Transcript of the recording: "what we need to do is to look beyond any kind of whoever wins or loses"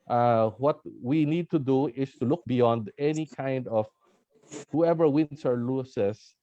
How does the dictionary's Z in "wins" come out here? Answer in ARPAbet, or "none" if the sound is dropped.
S